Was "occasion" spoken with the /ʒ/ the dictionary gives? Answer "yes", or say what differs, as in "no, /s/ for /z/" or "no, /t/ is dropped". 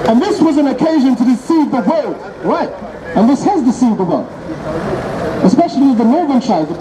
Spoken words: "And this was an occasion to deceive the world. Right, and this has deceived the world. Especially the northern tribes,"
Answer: yes